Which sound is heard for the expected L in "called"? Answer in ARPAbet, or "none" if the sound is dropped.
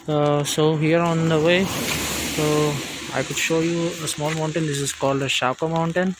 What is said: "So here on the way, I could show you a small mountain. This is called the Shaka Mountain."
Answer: L